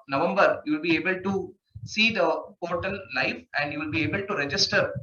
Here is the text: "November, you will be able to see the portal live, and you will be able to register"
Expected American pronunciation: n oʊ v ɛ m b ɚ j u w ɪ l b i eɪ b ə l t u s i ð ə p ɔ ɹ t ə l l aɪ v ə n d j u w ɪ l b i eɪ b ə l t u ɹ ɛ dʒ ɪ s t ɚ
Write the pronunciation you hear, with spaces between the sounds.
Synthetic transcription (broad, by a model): n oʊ v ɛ m b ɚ j u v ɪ l b i eɪ b ə l t u s i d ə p ɔ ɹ t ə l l aɪ f ə n d j u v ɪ l b i eɪ b ə l t u ɹ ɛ dʒ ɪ s t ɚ